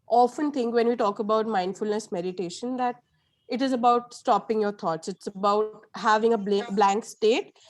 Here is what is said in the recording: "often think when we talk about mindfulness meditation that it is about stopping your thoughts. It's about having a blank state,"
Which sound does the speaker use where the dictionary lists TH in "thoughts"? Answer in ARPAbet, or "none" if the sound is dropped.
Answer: T